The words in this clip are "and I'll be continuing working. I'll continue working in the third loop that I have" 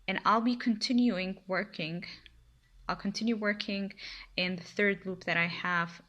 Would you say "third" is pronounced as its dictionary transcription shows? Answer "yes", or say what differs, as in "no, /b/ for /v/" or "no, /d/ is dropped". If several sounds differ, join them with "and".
yes